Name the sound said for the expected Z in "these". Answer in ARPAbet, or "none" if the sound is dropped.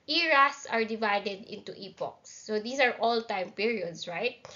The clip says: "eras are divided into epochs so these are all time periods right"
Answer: S